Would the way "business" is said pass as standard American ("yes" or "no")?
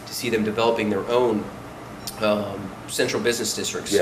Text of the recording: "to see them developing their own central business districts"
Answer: yes